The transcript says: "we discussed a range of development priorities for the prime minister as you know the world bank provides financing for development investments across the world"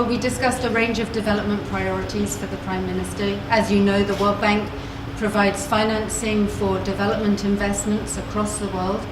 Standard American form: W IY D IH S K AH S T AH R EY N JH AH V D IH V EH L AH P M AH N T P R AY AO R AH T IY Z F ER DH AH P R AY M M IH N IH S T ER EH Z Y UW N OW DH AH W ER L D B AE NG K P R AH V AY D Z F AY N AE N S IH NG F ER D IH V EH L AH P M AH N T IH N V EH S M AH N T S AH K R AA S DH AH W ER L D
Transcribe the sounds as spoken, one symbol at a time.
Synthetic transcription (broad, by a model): W IY D IH S K AH S T AH R EY N JH AH V D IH V EH L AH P M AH N P R AY AO R AH T IY Z F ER DH AH P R AY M M IH N IH S T ER Z Y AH N OW DH AH W ER L D B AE NG K P R AH V AY D Z F AY N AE N S IH NG F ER D IH V EH L AH P M AH N T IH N V EH S M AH N T S AH K R AA S DH AH W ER L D